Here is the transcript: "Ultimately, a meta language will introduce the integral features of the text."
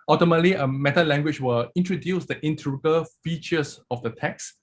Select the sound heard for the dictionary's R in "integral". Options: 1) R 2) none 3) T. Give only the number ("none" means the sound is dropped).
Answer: 2